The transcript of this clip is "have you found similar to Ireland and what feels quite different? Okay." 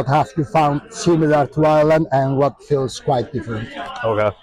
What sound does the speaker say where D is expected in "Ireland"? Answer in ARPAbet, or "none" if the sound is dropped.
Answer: none